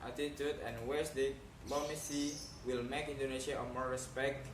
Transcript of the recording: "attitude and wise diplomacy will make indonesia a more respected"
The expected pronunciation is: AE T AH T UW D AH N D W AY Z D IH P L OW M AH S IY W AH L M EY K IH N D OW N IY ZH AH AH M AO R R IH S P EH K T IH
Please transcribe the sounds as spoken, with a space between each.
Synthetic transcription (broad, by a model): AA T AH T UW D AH N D W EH S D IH L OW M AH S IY W AH L M EY K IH N D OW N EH SH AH AH M AO R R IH S P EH K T